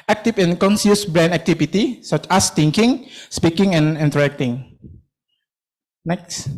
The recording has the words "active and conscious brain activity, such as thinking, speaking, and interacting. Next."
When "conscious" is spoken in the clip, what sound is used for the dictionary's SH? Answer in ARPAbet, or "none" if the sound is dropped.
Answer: S